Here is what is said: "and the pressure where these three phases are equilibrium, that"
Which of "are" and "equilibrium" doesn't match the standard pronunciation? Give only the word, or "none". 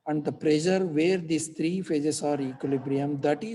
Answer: none